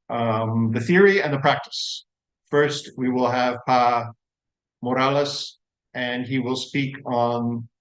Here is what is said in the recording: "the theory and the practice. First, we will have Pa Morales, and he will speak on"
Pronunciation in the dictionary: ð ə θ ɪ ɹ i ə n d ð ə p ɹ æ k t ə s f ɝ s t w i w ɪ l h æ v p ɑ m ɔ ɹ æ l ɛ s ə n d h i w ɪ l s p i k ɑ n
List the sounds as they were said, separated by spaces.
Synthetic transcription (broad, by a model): ð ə θ ɪ ɹ i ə n ð ə p ɹ æ k t ə s f ɝ s t w i w ɪ l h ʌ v p ɑ m ɔ ɹ æ l ɛ s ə n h i w ɪ l s p i k n